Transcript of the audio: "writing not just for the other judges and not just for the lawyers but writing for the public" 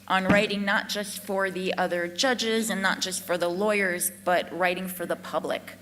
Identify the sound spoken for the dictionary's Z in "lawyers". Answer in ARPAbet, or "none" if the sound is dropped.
Z